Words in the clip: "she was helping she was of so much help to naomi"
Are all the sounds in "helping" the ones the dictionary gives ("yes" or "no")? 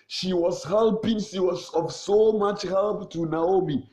yes